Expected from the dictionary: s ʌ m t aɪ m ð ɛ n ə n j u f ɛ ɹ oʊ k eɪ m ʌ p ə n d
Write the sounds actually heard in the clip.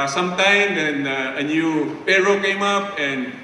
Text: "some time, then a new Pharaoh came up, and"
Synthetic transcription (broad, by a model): s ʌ m t aɪ m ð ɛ n ə n j u p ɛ ɹ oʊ k eɪ m ʌ p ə n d